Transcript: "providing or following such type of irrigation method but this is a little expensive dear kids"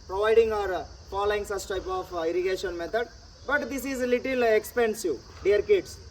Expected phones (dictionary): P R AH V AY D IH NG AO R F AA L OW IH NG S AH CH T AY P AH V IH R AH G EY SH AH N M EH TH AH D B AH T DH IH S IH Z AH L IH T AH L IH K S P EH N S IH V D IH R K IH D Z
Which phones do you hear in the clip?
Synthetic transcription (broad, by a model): P R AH V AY D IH NG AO R F AA L OW IH NG S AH S T AY P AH F IH R AH G EY SH AH N M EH T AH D B AH T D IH S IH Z L IH T AH L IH K S P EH N S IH D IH R K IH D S